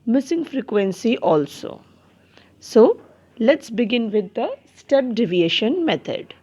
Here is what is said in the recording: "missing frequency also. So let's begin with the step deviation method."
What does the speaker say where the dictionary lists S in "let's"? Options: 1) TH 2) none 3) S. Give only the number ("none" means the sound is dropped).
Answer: 3